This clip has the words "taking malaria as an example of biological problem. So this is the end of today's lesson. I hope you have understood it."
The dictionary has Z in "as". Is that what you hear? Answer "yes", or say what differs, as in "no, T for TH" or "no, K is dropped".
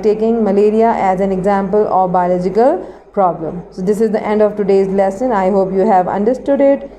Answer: yes